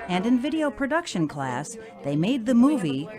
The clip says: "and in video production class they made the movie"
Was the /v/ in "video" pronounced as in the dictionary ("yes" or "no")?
yes